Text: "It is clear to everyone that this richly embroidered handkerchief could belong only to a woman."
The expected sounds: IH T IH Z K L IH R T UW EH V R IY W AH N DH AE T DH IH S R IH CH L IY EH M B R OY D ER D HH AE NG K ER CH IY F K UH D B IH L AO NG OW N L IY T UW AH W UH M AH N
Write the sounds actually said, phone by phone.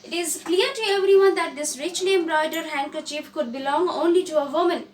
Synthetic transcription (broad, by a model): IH T IH Z K L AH R T UW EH V R IY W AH N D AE T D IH S R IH CH N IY M R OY D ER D HH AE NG K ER CH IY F K UH D B IH L AO NG OW N L IY T UW AH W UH M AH N